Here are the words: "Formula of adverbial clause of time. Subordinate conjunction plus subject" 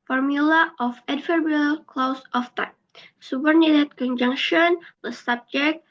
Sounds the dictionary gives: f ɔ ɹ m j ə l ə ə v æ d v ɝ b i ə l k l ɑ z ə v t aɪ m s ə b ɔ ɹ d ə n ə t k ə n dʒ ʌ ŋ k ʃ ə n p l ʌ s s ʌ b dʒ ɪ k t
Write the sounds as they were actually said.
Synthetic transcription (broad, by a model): f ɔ ɹ m j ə l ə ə f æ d f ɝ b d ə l k l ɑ s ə f t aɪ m s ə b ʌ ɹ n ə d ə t k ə n dʒ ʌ ŋ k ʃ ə n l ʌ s s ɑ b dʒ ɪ k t